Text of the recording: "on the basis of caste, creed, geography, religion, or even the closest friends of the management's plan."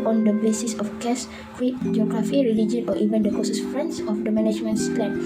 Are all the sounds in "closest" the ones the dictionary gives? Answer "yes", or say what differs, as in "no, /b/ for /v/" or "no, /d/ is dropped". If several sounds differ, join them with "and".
no, /l/ is dropped